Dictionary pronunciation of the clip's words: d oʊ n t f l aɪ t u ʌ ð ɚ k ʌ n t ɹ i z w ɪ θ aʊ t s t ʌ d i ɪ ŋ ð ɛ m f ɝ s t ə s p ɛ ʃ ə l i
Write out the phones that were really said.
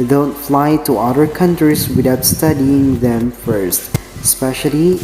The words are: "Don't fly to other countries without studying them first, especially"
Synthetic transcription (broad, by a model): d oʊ n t f l aɪ t u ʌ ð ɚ k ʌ n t ɹ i s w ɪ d aʊ t s t ʌ d i ɪ ŋ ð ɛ m f ɝ s t s p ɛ ʃ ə l i